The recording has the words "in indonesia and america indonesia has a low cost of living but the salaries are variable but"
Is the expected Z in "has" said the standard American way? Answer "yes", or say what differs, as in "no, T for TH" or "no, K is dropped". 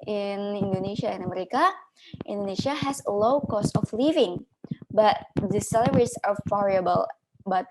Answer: no, S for Z